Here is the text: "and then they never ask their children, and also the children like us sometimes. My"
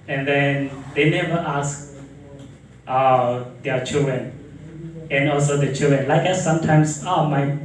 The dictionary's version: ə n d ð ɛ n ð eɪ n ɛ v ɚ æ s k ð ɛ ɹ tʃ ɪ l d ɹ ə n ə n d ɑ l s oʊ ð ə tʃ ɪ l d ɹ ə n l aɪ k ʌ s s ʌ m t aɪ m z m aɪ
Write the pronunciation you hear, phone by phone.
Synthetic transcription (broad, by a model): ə n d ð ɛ n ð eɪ n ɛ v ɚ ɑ s k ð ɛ tʃ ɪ l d ɹ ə n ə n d ɑ l s oʊ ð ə tʃ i l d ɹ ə n l aɪ k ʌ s s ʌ m t aɪ m s m aɪ